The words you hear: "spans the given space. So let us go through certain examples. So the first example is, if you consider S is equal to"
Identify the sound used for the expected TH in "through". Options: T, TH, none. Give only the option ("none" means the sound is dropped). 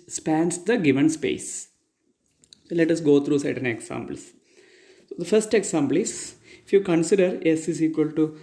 T